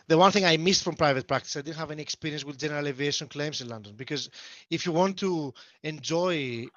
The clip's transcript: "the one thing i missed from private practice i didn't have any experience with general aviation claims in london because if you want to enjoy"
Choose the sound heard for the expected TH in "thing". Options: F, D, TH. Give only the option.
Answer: TH